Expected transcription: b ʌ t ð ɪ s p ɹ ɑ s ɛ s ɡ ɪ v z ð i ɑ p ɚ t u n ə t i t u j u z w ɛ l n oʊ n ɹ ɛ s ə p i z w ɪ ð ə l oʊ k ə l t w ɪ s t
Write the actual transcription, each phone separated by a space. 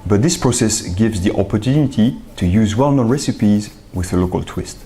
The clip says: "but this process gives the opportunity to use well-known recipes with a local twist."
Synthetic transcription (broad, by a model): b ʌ t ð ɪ s p ɹ ɑ s ɛ s ɡ ɪ v z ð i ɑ p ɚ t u n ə t i t u j u z w ɛ l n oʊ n ɹ ɛ s ə p i z w ɪ ð ə l oʊ k ə l t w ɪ s t